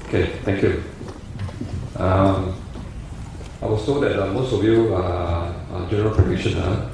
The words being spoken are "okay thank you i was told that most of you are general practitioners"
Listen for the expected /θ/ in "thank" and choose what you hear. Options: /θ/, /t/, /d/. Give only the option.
/t/